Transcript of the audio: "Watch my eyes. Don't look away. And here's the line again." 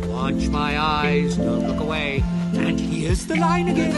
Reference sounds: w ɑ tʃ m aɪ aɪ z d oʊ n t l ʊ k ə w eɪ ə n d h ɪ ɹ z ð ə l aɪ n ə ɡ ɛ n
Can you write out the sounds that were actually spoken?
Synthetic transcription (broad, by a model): w ɑ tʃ m aɪ aɪ z d oʊ n t l ʊ k ə w eɪ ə n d h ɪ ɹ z ð ə l aɪ n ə ɡ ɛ n